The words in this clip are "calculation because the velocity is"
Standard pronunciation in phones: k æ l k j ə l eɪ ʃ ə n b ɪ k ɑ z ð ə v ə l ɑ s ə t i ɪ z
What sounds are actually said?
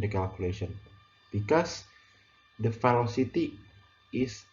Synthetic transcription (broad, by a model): k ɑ l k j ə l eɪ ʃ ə n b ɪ k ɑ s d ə f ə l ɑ s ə t i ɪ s